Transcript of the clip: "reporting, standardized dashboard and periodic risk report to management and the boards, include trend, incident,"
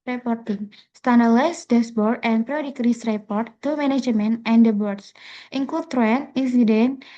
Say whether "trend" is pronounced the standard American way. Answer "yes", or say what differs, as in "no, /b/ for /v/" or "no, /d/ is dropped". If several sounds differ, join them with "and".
no, /d/ is dropped